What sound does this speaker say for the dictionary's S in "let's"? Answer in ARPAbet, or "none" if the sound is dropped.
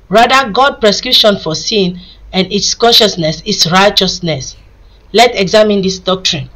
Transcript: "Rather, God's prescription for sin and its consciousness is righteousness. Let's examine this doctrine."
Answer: none